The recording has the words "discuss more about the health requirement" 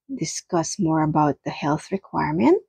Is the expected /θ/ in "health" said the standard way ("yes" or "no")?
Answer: yes